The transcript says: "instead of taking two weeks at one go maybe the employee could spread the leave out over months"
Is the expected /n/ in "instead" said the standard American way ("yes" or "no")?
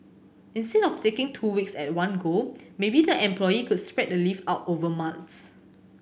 yes